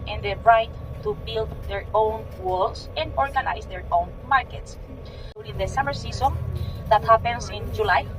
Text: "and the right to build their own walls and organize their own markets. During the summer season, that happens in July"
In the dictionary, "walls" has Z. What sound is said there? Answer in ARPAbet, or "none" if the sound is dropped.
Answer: S